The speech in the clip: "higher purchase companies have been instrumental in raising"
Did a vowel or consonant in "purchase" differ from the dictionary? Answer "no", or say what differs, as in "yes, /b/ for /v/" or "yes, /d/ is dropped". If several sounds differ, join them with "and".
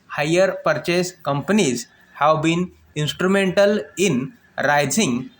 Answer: no